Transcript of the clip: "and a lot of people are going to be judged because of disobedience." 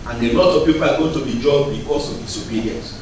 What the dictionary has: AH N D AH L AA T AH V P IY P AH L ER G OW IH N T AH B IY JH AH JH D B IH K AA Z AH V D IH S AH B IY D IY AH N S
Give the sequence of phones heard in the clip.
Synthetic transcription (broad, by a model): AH N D AH L AA T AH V P IY P AH L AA G OW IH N T AH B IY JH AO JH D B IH K AA S AH V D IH S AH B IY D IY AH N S